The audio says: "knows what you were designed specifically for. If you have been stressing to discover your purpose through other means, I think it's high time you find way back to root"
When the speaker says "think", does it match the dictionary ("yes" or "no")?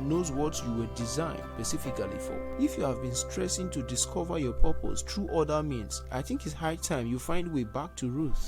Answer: yes